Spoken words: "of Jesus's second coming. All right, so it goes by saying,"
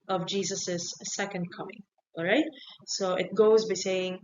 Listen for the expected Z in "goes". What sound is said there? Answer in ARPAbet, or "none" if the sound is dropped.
Z